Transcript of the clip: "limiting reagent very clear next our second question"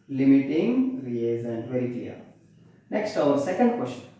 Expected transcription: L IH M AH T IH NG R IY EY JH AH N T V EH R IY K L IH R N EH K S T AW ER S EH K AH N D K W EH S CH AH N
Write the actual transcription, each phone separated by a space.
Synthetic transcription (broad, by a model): L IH M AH T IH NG R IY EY Z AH N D V EH R IY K L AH R N EH K S T AW ER S EH K AH N D K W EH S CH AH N